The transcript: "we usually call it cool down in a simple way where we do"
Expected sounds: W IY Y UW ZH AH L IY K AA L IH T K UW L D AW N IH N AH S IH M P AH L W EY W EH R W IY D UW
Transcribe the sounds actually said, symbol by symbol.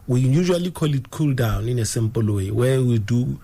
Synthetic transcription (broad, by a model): W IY Y UW ZH AH L IY K AA L IH T K UW L D AW N IH N AH S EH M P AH L W EY W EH W IY D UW